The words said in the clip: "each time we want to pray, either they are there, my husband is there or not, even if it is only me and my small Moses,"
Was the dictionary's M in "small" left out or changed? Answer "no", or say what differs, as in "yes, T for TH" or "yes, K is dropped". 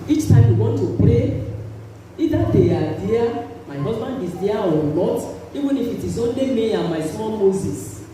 yes, M is dropped